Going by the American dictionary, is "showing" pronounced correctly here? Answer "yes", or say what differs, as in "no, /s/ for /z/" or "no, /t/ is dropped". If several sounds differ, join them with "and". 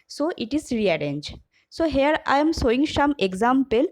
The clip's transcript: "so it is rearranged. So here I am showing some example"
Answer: no, /s/ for /ʃ/